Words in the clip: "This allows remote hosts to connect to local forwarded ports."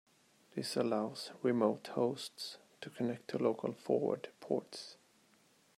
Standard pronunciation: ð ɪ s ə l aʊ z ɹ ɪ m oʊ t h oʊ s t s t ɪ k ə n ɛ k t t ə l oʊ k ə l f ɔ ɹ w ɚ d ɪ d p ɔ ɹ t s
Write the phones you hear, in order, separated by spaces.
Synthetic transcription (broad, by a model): ð ɪ s ə l aʊ z ɹ ɪ m oʊ t h oʊ s t s t ɪ k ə n ɛ k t t ə l oʊ k ə l f ɔ ɹ w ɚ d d p ɔ ɹ t s